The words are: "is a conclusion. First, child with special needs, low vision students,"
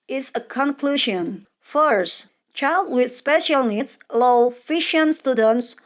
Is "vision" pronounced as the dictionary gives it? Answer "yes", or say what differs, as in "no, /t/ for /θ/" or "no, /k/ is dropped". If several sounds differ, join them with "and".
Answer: no, /f/ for /v/ and /ʃ/ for /ʒ/